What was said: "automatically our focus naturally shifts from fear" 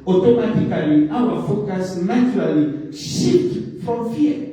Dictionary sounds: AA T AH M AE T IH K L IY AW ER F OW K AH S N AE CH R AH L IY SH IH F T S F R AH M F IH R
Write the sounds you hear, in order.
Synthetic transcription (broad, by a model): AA T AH M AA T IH K L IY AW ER F OW K AH S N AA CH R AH L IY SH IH T F R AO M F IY